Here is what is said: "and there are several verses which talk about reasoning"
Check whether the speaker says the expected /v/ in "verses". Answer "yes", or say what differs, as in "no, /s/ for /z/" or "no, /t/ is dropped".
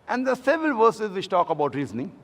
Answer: yes